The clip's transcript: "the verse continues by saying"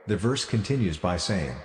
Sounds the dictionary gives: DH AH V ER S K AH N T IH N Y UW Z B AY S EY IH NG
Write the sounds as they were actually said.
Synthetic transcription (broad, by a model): DH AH V ER S K AH N T IH N Y UW Z B AY S EY IH NG